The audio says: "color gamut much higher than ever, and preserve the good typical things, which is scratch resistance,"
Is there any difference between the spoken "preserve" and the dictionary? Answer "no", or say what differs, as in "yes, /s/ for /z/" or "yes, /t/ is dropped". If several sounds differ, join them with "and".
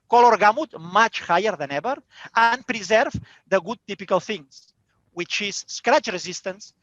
no